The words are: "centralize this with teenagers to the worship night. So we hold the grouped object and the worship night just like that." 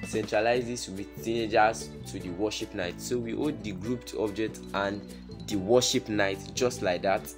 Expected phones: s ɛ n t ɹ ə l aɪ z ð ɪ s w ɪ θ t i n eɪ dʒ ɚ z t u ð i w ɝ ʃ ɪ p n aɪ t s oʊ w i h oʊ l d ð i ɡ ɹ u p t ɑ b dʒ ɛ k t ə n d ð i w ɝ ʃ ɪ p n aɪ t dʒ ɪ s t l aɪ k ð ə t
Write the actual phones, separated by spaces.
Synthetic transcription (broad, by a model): s ɛ n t ɹ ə l aɪ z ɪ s w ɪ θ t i n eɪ dʒ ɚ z t u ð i w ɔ ʃ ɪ p n aɪ t s oʊ w i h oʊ d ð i ɡ ɹ u p t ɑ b dʒ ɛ k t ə n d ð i w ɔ ʃ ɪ p n aɪ t dʒ ɪ s t l aɪ k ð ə t